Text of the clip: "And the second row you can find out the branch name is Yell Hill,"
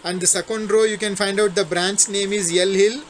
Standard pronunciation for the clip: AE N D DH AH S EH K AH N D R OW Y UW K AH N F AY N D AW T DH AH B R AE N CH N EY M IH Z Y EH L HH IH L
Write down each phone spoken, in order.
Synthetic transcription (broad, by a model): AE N D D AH S EH K AH N D R OW Y UW K AH N F AY N D AW T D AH B R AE N S N EY M IH Z Y EH L HH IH L